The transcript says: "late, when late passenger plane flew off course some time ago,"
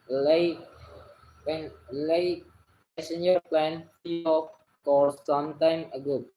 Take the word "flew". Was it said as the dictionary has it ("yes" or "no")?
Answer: no